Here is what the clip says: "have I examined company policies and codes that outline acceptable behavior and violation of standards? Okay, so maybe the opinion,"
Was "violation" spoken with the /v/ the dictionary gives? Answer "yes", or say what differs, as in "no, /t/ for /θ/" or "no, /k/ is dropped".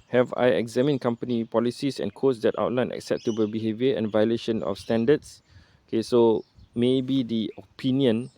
yes